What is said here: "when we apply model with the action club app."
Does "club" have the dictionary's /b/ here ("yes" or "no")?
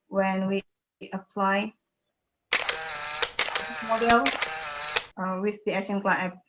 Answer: no